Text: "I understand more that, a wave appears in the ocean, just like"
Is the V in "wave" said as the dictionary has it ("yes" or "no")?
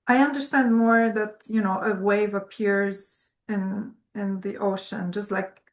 yes